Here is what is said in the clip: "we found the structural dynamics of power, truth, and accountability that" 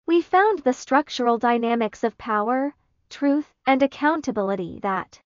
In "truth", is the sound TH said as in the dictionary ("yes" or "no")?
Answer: yes